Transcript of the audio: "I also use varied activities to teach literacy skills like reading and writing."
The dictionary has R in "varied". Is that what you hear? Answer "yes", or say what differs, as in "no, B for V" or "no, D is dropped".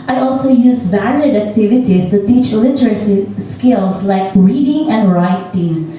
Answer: no, L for R